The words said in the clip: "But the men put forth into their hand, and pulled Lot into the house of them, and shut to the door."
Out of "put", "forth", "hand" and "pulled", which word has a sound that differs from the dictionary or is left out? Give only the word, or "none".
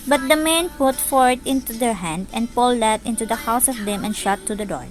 forth